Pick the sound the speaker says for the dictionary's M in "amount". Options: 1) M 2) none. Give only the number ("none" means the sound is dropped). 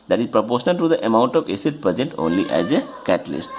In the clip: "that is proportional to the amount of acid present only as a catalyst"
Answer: 1